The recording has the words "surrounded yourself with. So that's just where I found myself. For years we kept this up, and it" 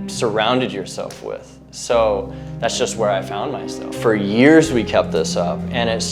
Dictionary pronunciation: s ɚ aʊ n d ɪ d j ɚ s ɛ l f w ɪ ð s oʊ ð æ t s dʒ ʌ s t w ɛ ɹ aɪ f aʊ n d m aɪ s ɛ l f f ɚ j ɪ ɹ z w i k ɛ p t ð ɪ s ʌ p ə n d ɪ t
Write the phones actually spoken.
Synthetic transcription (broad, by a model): s ɚ aʊ n d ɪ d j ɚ s ɛ l f w ɪ ð s oʊ ð æ t s dʒ ʌ s t w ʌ ɹ aɪ f aʊ n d m aɪ s ɛ l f f ɚ j ɪ ɹ z w i k ɛ p t ð ɪ s ʌ p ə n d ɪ t